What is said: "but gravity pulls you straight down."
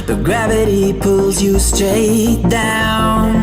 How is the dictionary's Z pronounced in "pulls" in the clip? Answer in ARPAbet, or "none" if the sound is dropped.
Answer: Z